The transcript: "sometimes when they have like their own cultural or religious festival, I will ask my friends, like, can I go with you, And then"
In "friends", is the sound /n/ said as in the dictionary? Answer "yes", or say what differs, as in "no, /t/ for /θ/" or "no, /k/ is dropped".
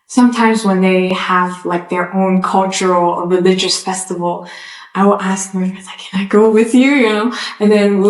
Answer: no, /n/ is dropped